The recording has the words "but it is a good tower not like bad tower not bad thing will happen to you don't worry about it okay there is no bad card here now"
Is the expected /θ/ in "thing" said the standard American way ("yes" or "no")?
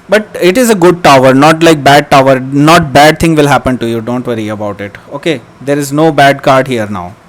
no